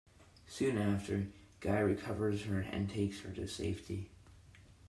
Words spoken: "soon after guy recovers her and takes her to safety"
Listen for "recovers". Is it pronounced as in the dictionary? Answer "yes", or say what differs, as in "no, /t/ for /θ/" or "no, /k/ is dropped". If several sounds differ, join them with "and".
yes